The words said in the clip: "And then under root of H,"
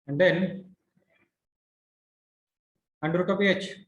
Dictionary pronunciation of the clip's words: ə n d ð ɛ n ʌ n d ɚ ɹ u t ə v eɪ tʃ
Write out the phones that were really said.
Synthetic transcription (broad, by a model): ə n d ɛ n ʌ n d ɹ u t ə p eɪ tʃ